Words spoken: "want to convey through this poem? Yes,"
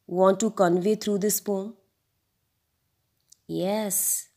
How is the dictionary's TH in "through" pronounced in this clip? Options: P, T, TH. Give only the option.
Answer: T